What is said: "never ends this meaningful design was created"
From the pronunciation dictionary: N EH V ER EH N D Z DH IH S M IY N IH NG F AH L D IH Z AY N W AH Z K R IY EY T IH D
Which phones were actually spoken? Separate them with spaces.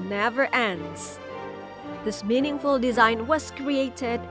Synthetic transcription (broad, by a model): N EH V ER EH N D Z DH IH S M IY N IH NG F AH L D IH Z AY N W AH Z K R IY EY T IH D